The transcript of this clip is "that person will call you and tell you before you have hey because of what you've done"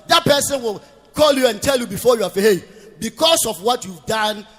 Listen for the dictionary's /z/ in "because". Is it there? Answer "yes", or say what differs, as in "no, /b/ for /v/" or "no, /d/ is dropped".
no, /s/ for /z/